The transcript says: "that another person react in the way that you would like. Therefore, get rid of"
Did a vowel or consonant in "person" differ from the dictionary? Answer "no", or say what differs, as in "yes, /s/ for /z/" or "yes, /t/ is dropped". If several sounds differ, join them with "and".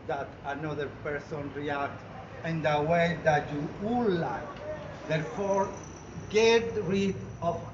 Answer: no